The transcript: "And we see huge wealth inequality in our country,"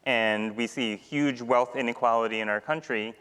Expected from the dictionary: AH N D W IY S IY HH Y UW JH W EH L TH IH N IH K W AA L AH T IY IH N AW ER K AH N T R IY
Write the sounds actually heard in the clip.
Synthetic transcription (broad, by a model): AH N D W IY S IY HH Y UW JH W EH L TH IH N IH K W AA L AH T IY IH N AW ER K AH N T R IY